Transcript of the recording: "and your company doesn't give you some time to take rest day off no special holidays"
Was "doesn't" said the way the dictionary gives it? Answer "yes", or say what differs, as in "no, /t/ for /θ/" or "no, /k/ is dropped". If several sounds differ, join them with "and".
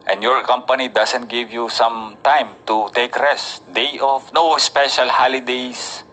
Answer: no, /s/ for /z/